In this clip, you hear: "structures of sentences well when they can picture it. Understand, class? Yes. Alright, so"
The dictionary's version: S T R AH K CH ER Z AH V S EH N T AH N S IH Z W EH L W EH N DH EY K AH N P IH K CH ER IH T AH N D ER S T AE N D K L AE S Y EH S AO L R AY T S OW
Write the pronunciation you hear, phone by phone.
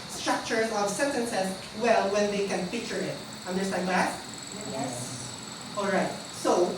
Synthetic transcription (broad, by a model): S T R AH K CH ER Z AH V S EH N T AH N S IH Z W EH L W EH N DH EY K AH N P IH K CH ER IH T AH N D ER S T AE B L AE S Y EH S AO L R AY T S OW